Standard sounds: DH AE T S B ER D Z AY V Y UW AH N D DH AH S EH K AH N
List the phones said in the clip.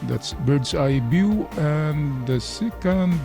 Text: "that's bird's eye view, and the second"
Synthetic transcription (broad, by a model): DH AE T S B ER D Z AY B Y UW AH N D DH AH S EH K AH N